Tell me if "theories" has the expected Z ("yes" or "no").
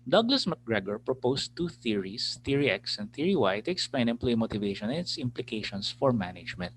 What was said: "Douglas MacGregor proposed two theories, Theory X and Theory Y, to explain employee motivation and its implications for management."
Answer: no